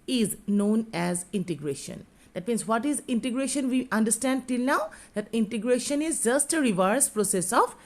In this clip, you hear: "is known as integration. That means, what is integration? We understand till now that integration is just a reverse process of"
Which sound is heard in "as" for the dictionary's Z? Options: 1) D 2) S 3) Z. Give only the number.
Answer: 3